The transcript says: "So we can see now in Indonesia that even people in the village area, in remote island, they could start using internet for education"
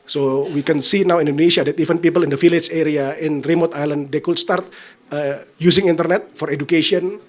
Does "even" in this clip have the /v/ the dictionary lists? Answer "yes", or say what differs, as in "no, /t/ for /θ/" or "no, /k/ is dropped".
no, /f/ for /v/